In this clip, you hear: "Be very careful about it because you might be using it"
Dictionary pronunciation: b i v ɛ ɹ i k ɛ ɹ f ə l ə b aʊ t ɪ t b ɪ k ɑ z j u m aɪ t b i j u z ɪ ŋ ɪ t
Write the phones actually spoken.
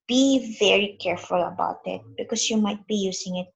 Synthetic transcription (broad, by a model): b i v ɛ ɹ i k ɛ ɹ f ə l ə b aʊ t ɪ t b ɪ k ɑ s j u m aɪ t b i j u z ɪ ŋ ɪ t